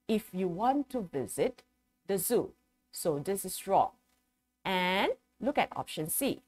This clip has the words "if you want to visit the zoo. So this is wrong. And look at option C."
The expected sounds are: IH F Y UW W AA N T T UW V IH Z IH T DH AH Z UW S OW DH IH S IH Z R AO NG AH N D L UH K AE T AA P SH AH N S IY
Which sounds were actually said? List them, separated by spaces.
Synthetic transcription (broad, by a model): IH F Y UW W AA N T T UW V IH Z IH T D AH Z UW S OW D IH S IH S R AO NG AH N L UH K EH T AA P SH AH N S IY